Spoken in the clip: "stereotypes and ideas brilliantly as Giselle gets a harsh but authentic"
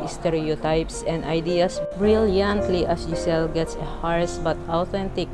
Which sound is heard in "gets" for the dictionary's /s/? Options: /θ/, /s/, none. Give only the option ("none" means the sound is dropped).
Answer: /s/